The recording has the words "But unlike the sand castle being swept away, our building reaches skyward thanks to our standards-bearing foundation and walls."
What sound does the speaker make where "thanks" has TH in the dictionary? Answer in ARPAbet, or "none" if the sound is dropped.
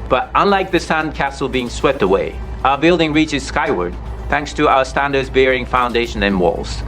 TH